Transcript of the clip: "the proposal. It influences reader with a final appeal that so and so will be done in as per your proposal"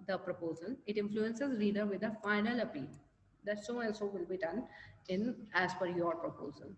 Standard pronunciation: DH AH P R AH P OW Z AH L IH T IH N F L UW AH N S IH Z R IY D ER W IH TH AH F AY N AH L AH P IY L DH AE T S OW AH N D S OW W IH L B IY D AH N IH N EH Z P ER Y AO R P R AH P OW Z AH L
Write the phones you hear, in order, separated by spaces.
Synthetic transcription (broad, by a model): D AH P R AH P OW Z AH L IH T IH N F L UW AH N S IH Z R IY D ER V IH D AH F AY N AH L AH P IY L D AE T S OW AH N S OW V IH L B IY D AH N IH N EH Z F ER Y AO R P R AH P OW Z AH L